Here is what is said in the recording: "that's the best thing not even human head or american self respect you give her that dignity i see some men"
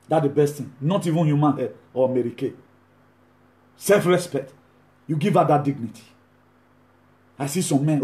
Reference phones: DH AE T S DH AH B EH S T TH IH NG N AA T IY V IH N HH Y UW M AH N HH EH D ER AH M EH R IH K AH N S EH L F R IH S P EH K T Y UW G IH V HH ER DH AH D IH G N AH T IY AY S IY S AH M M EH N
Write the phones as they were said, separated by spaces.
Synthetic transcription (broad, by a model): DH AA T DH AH B EH S T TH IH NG N AA T IY V IH N HH Y UW M AH N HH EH AO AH M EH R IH K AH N S EH L F R IH S P EH K T Y UW G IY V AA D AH D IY G N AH T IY AY S IY S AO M M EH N